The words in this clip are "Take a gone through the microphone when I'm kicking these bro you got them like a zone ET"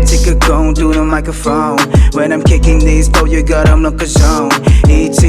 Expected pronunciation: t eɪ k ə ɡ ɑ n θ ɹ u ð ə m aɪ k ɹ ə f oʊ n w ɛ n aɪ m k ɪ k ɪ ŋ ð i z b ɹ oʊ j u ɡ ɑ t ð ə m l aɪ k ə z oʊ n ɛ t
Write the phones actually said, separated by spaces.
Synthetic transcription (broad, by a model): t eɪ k ə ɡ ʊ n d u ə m aɪ k ə f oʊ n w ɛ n aɪ m k ɪ k ɪ ŋ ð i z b oʊ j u ɡ ɑ t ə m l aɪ k ə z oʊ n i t